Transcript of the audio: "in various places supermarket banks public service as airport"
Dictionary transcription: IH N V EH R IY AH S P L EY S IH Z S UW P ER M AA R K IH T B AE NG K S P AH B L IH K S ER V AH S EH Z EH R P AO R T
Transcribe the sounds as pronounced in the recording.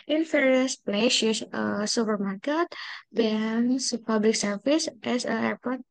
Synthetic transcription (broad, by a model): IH N F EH R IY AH S P L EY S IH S S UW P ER M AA R K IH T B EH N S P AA B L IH K S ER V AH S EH S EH R P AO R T